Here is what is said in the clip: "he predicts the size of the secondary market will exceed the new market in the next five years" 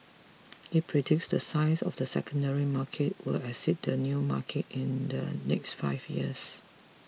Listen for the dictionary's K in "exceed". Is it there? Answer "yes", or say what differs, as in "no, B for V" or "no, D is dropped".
no, K is dropped